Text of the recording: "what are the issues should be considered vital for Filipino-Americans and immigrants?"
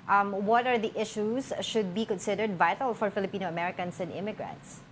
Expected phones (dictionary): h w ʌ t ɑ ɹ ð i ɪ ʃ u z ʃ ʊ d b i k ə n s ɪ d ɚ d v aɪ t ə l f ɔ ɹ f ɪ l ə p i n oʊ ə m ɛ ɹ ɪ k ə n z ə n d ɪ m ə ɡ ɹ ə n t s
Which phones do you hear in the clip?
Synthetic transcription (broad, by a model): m w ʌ t ɑ ɹ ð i ɪ ʃ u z ʃ ʊ d b i k ə n s ɪ d ɚ d v aɪ t ə l f ɔ ɹ f ɪ l ə p i n oʊ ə m ɛ ɹ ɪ k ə n s ə n d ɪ m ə ɡ ɹ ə n t s